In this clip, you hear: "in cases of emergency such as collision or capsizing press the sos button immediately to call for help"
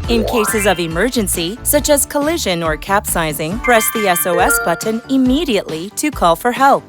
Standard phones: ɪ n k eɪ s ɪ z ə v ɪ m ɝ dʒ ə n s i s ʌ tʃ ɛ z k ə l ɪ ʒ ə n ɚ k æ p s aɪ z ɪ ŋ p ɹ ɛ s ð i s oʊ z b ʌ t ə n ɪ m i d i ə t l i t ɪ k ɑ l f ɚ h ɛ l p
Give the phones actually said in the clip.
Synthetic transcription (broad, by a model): ɪ n k eɪ s ɪ z ə v ɪ m ɝ dʒ ə n s i s ʌ tʃ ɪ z k ə l ɪ ʒ ə n ɚ k æ p s aɪ z ɪ ŋ p ɹ ɛ s ð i s oʊ s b ʌ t n ɪ m i d i ə t l i t ɪ k ɑ l f ɚ h ɛ l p